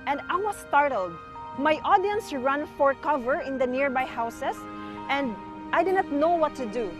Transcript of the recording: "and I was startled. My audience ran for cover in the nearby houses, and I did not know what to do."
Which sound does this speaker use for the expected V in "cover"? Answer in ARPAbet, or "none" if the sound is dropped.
V